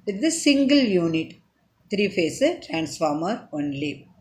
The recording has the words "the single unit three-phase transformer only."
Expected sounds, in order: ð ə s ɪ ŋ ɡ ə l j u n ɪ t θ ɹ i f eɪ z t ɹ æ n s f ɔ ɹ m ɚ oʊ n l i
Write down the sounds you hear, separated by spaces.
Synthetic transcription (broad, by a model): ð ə s ɪ ŋ ɡ ə l j u n ɪ t t ɹ i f eɪ s t ɹ æ n s f ɔ ɹ m ɚ oʊ n l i